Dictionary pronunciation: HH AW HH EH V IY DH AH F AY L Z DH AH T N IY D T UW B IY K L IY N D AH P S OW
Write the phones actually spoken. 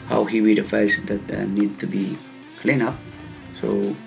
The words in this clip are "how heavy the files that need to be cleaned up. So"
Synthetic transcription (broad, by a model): HH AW HH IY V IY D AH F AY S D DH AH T N IY D T UW B IY K L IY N AH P S OW